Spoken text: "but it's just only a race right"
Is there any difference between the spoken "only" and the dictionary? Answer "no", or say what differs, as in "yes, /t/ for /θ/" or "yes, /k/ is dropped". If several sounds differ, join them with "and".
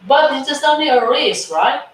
yes, /l/ is dropped